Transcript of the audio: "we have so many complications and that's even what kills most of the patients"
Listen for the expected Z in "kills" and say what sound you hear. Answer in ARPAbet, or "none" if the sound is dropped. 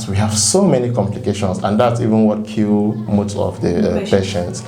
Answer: none